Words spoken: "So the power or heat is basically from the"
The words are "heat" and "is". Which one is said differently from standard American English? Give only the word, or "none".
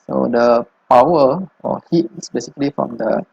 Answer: is